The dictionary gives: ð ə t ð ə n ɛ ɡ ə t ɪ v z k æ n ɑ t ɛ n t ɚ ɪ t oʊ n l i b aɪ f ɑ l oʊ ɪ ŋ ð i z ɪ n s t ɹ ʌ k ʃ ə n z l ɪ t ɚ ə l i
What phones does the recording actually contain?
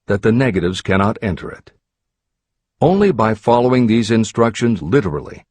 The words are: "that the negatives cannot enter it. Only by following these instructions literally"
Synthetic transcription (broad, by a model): ð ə t ð ə n ɛ ɡ ə t ɪ v z k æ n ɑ t ɛ n t ɚ ɪ t oʊ n l i b aɪ f ɑ l oʊ ɪ ŋ ð i z ɪ n s t ɹ ʌ k ʃ ə n z l ɪ t ɚ l i